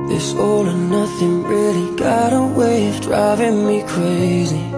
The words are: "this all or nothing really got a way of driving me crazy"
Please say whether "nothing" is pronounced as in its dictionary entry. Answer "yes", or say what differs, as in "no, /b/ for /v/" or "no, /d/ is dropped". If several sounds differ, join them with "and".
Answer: yes